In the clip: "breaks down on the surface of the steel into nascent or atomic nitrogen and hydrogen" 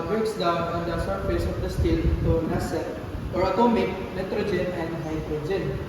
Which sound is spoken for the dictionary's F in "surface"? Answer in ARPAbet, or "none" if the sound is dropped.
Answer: P